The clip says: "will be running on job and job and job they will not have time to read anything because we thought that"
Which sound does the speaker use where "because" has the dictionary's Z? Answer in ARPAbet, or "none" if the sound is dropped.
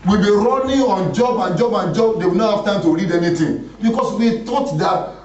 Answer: S